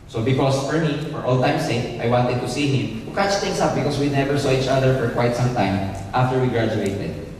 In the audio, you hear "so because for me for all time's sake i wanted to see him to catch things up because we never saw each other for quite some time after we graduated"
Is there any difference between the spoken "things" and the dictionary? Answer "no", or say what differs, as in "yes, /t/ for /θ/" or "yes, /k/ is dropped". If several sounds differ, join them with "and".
yes, /t/ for /θ/ and /s/ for /z/